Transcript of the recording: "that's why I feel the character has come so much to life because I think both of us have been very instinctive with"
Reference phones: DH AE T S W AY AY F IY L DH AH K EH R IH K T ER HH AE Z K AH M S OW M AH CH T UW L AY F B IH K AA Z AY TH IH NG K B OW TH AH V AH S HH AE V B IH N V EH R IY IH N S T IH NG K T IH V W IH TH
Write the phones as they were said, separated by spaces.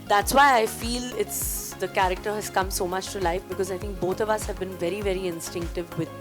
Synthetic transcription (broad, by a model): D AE T S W AY AY F IY L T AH K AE R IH K T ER HH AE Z K AH M S OW M AH CH T UW L AY F B IH K AA Z AY T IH NG K B OW T AH V AH S HH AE V B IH N V EH R IY IH N S T IH NG K T IH V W IH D